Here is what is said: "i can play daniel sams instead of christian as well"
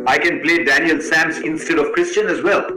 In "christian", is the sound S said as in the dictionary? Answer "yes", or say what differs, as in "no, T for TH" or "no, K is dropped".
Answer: yes